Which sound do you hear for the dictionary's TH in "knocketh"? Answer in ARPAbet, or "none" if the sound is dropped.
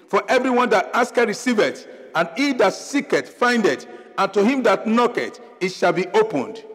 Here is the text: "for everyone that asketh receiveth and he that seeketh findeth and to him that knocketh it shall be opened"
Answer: T